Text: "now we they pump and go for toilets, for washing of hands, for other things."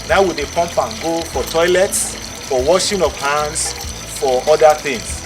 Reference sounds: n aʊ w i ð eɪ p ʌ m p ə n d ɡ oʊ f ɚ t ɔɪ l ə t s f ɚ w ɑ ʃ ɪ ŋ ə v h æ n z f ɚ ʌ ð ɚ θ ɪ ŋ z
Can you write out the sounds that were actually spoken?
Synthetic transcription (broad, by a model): n aʊ w i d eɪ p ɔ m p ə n ɡ oʊ f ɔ t ɔɪ l ə t s f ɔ w ɑ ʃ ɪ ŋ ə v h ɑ n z f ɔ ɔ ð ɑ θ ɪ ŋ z